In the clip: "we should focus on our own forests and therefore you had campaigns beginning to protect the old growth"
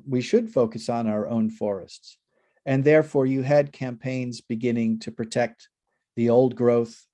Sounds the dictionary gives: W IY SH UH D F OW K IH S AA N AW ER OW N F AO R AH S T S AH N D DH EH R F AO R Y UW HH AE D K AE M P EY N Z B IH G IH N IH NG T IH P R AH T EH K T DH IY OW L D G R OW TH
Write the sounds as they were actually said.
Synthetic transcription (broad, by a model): W IY SH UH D F OW K IH S N AW ER OW N F AO R AH S T S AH N DH EH R F AO R Y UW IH D K AE M P EY N Z B IH G IH N IH NG T IH P R AH T EH K T DH IY OW L D G R OW TH